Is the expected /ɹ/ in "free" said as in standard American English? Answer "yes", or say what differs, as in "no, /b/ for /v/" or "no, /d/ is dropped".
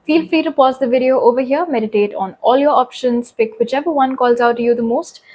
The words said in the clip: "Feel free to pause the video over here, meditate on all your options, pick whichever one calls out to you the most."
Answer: no, /ɹ/ is dropped